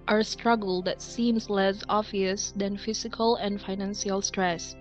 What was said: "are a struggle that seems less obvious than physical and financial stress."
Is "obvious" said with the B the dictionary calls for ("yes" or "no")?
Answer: no